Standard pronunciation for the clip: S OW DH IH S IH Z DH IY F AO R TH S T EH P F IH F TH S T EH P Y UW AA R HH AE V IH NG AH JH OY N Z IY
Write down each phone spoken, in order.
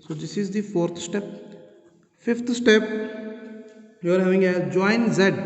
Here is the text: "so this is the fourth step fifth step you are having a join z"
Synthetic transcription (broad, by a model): S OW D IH S IH Z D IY F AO R T S T EH P F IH F T S T EH P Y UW AA R HH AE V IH NG AH JH OY N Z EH